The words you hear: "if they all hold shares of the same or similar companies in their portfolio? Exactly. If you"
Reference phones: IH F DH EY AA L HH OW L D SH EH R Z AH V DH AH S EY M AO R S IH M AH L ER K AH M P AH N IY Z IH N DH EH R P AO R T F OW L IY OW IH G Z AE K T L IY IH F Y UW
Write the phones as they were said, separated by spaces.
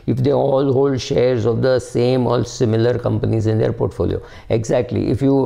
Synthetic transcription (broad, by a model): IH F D EY AA L HH OW L D SH EH R Z AH V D AH S EY M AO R S IH M AH L ER K AH M P AH N IY Z IH N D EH R P AO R T F OW L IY OW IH G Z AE K T L IY IH F Y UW